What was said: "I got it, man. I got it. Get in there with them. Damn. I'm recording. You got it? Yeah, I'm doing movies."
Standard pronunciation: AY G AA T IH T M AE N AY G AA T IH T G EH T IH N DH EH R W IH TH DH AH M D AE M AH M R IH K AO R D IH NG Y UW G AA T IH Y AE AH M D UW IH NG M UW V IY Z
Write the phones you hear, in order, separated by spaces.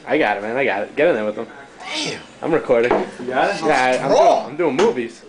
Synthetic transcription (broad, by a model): AY G AA T IH T M AE N AY G AA T IH T G EH T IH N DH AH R W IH DH AH M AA AH M R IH K AO R D IH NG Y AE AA IH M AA AH M D UW IH NG M UW V IY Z